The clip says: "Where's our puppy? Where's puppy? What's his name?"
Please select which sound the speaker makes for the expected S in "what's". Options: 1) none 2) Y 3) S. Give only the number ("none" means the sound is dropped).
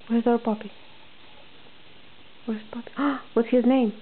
1